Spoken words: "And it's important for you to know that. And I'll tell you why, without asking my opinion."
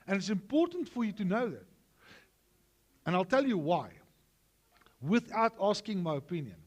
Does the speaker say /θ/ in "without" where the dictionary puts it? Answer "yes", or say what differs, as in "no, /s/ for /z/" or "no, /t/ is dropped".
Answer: yes